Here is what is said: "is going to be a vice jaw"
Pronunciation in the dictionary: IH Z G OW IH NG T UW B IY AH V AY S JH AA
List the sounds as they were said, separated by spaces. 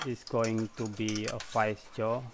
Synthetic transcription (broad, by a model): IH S G OW IH NG T UW B IY AH F AY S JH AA